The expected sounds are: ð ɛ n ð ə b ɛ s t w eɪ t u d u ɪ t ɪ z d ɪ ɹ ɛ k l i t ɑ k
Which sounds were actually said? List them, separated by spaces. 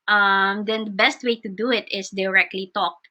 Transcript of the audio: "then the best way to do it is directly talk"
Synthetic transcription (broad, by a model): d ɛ n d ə b ɛ s t w eɪ t u d u ɪ t ɪ s d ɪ ɹ ɛ k l i t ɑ k